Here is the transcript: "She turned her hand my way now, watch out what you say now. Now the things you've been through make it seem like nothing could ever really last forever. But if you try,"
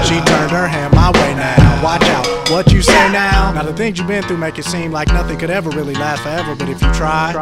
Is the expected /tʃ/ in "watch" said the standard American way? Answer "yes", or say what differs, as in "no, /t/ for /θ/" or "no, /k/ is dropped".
yes